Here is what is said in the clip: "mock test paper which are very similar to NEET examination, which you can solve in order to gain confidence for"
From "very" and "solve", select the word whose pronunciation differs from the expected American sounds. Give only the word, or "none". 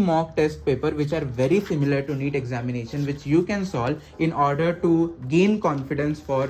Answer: solve